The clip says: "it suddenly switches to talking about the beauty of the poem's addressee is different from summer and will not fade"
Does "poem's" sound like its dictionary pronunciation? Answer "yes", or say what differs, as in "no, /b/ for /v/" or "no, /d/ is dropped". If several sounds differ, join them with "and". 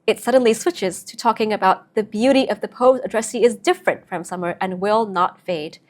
no, /m/ is dropped